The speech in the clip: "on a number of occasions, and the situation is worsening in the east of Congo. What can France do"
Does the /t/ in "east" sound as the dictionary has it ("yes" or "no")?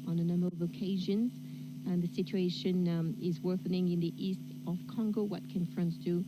yes